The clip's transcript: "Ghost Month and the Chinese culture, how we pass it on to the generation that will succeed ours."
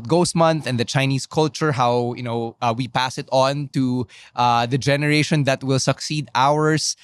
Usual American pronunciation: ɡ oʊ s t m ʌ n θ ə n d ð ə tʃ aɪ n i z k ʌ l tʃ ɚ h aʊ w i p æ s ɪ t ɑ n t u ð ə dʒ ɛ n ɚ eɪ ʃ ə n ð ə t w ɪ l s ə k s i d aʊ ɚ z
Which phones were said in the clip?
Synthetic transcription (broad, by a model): ɡ oʊ s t m ʌ n θ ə n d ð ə tʃ aɪ n i s k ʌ l tʃ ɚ h aʊ w i p æ s ɪ t ɑ n t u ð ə dʒ ɛ n ɚ eɪ ʃ ə n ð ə t w ɪ l s ə k s i d aʊ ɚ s